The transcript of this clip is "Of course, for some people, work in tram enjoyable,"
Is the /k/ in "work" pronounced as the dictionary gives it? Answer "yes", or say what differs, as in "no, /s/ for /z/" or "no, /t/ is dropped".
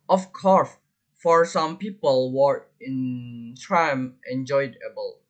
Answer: no, /k/ is dropped